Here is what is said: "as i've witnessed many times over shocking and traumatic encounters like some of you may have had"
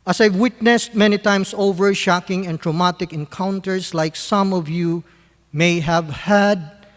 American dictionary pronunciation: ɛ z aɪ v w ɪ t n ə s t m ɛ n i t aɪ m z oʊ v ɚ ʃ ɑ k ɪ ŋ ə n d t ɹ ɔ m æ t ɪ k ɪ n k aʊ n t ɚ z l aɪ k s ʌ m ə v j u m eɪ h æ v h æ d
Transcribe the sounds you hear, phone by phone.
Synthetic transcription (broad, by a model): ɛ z aɪ v w ɪ t n ə s t m ɛ n i t aɪ m s oʊ v ɚ ʃ ɑ k ɪ ŋ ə n t ɹ ɔ m æ t ɪ k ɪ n k aʊ n t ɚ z l aɪ k s ʌ m ə v j u m eɪ h æ v h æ d